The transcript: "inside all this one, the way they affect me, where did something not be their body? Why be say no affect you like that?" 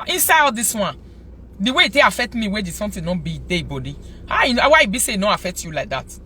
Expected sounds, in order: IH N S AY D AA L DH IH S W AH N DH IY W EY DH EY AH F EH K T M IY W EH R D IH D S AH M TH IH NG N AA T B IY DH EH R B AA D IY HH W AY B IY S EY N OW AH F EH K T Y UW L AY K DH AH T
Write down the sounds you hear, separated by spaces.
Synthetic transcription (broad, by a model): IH N S AY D AA L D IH S W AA N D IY W EY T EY AH F EH K T M IY W EH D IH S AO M T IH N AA B IY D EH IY B AA D IY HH W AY B IY S EY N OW AH F EH K T Y UW L AY K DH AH T